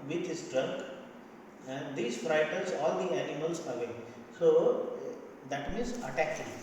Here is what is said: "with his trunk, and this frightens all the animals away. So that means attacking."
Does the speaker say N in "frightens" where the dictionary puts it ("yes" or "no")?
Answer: no